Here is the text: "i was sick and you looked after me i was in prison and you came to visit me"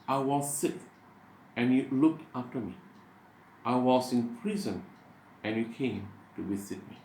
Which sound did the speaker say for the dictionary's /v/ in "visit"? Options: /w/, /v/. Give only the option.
/w/